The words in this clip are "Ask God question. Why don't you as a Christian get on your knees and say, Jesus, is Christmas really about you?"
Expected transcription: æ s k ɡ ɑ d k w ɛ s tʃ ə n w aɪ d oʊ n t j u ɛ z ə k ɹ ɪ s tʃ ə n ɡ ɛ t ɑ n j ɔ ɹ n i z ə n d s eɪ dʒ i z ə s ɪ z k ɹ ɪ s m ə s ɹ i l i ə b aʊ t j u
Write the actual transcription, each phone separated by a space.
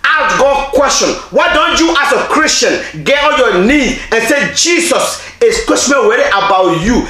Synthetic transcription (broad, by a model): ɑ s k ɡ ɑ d k w ɛ s tʃ ə n w aɪ d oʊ n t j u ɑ s ə k ɹ ɪ s tʃ ə n ɡ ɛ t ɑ l j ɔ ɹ n i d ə n s eɪ dʒ i s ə s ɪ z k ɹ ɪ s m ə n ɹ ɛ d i ə b aʊ t j u